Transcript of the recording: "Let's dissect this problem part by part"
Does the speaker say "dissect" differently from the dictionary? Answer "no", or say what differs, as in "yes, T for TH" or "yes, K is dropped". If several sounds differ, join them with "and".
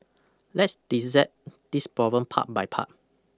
yes, K is dropped